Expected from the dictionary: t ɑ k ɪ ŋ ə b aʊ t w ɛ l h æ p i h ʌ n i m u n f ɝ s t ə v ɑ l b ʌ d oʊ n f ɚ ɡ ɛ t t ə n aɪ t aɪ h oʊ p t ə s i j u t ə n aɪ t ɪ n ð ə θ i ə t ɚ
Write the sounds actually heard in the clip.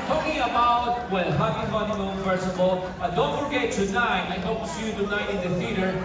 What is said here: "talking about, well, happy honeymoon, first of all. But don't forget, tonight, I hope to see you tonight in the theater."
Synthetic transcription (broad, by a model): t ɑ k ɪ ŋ ə b aʊ t w ɛ l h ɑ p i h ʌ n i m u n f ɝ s ə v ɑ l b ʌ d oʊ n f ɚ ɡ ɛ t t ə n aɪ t aɪ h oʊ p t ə s i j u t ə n aɪ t ɪ n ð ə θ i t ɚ